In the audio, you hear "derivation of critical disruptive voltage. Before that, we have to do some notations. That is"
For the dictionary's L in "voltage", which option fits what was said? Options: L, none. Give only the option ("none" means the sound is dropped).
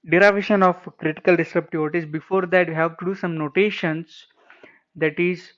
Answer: none